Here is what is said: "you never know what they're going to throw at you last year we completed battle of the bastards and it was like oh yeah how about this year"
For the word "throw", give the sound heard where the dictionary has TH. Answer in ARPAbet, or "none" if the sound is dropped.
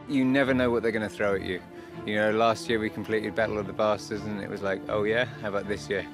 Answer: TH